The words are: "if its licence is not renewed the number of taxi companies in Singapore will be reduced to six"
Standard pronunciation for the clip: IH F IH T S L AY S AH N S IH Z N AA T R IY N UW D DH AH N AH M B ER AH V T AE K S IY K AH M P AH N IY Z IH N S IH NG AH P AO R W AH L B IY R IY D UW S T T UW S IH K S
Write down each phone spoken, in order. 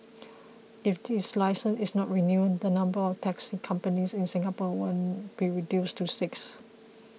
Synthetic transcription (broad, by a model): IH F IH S L AY S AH N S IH S N AA T R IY N UW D AH N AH M B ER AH F T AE K S IY K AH M P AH N IY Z IH N S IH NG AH P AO W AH N B IY R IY D UW S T T UW S IH K S